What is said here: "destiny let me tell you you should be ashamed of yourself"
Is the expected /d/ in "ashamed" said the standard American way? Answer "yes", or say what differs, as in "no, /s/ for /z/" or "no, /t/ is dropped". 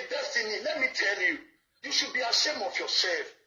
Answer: no, /d/ is dropped